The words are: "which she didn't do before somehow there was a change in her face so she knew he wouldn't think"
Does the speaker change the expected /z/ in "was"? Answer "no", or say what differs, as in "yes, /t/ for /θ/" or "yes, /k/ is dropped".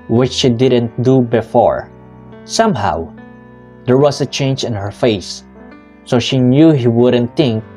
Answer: yes, /s/ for /z/